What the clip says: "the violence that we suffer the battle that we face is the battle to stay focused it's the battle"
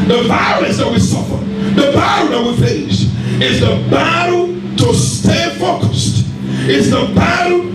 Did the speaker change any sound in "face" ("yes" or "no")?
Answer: yes